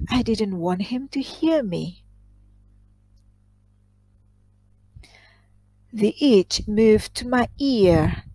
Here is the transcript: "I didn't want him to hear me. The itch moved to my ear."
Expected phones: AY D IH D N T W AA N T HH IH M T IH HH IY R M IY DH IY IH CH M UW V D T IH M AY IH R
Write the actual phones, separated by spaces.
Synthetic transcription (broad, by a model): AY D IH D N T W AA N T HH IH M T IH HH IY R M IY DH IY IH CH M UW V T IH M AY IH R